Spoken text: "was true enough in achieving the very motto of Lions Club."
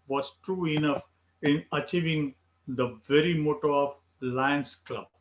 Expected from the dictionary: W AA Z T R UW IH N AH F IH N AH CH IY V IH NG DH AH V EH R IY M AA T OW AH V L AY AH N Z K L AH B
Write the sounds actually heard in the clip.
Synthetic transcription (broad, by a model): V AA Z T R UW IH N AH F IH N AH CH IY V IH NG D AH V EH R IY M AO T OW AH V L AY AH N S K L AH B